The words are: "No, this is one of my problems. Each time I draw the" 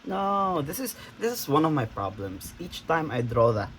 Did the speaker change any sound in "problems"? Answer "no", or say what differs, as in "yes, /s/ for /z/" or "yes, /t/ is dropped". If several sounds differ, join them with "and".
yes, /s/ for /z/